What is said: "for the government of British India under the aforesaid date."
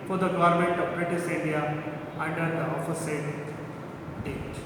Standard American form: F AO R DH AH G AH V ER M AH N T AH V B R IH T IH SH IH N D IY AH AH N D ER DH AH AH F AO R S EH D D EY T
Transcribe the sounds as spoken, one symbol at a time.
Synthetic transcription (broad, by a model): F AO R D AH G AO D M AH N T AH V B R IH T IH S IH N D IY AH AH N D ER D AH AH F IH S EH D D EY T